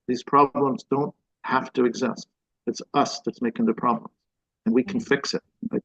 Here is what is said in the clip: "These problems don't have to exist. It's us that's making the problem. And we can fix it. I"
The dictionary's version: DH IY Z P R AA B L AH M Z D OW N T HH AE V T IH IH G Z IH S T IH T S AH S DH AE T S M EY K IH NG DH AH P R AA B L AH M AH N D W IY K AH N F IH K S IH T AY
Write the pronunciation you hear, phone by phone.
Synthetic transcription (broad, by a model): DH IY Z P R AA B L AH M Z D OW N T HH AE F T IH IH G Z IH S T IH T S AH S DH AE T S M EY K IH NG DH AH P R AA B L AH M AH N W IY K N F IH K S IH T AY